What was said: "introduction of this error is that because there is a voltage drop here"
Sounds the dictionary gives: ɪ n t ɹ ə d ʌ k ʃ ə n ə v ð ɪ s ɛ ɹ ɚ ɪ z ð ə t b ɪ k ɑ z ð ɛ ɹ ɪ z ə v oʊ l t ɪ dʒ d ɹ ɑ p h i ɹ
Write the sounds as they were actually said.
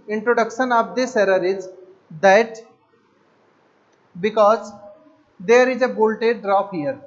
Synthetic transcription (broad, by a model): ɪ n t ɹ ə d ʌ k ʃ ə n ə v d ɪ s ɛ ɹ ɚ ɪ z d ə t b ɪ k ɑ z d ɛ ɹ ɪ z ə b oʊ l t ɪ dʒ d ɹ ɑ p h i ɹ